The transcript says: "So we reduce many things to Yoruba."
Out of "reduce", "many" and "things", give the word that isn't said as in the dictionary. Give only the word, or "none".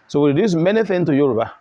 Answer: things